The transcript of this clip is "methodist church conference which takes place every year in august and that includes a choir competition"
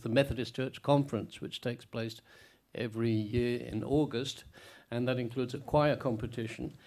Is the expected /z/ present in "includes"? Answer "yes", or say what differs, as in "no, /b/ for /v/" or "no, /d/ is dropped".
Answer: yes